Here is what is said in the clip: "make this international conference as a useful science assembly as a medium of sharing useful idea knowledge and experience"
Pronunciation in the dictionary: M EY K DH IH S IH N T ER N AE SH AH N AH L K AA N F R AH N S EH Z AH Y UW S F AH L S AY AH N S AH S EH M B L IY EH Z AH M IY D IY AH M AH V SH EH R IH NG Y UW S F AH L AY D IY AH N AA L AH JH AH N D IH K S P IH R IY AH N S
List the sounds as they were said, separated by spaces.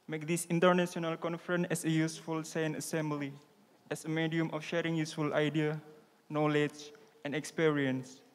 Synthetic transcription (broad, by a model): M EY K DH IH S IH N T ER N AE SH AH N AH L K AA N F R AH N EH S AH Y UW S F AH L S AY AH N AH S EH M B L IY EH S AH M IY D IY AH M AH F SH EH R IH NG Y UW S F AH L AY D IY AH N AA L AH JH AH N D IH K S P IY R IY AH N S